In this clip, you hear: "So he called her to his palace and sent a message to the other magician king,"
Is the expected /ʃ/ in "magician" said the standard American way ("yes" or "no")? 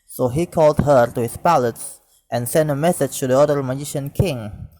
yes